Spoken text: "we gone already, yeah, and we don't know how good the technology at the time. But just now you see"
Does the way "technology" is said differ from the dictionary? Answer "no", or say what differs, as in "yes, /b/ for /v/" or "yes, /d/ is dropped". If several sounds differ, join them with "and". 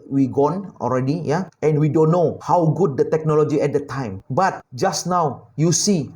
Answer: no